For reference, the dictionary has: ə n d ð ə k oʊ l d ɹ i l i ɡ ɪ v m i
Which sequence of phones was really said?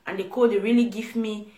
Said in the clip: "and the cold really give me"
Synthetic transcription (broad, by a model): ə n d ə k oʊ d ɹ i l i ɡ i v m i